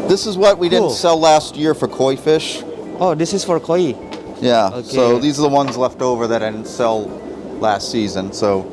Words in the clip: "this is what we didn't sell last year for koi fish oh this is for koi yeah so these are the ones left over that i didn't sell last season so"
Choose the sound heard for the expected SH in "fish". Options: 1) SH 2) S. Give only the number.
1